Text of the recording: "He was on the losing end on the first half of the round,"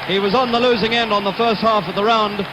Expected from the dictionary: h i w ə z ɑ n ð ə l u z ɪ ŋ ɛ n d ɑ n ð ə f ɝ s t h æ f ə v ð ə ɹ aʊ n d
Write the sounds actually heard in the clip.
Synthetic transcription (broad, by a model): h i w ə z n ð ə l u z ɪ ŋ ɛ n d n ð ə f ɝ s t h æ f ə v ð ə ɹ aʊ n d